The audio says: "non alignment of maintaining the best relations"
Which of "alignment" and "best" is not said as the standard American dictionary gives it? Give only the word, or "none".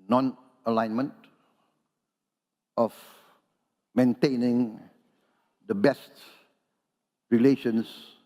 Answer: none